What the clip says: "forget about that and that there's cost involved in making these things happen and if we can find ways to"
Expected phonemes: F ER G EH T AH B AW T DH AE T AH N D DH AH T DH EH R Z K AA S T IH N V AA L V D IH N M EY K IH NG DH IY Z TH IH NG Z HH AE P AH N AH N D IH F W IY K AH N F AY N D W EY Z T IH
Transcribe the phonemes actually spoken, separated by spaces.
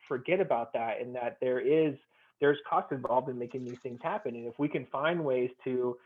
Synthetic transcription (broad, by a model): F ER G EH T AH B AW T DH AE T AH N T DH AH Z DH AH R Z K AA S T IH N V AA L V D IH N M EY K IH NG DH IY Z TH IH NG Z HH AE P AH N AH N IH F W IY K AH N F AY N D W EY Z T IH